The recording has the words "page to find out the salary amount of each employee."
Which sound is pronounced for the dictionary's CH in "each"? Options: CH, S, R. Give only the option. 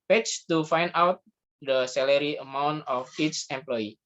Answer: S